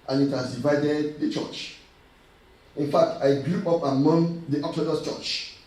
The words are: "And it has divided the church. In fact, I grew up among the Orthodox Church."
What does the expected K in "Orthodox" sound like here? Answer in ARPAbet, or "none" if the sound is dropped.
none